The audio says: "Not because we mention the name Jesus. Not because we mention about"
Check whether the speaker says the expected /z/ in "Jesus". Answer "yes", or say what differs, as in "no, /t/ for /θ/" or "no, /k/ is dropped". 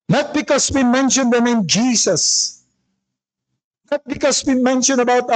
no, /s/ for /z/